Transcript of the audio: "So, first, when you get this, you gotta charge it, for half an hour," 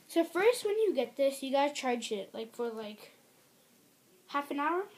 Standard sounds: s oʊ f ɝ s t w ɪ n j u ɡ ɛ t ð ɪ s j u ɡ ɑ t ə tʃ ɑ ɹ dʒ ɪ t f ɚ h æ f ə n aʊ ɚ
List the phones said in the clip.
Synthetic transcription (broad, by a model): s oʊ f ɝ s t w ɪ n j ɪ ɡ ɛ t ð ɪ s j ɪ ɡ ɑ t ə tʃ ɑ ɹ dʒ ɪ t f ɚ h æ f ə n aʊ ɚ